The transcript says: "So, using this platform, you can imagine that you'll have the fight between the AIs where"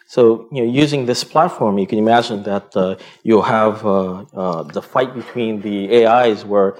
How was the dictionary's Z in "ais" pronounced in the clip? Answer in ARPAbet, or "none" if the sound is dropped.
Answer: Z